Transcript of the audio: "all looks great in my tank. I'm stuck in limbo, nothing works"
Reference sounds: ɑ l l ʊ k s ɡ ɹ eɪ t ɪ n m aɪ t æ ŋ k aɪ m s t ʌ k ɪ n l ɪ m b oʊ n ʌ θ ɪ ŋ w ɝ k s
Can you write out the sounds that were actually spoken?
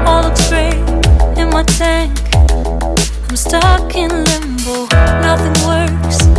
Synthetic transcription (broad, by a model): ɑ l l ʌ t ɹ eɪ ɪ n m aɪ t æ ŋ k aɪ m s t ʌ k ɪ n l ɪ m b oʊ n ʌ θ ɪ ŋ w ɝ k s